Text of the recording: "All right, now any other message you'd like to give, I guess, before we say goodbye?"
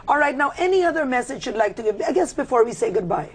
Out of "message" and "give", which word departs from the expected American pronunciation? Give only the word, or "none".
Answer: none